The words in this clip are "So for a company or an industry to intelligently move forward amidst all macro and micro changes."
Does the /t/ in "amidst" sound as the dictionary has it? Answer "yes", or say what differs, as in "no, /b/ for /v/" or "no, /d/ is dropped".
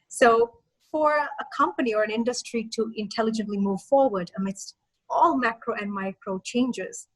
yes